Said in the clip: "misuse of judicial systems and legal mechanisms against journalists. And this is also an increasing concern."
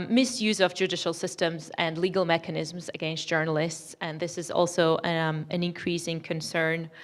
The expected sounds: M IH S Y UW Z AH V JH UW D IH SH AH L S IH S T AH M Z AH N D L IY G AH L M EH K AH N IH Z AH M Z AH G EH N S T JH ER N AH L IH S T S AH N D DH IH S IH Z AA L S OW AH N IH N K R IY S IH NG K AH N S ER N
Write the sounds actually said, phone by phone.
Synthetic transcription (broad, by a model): M IH S Y UW Z AH V JH UW D IH SH AH L S IH S T AH M Z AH N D L IY G AH L M EH K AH N IH Z M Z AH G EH N S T JH ER N AH L IH S T S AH N DH IH S IH Z AA L S OW AH N IH N K R IY S IH NG K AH N S ER N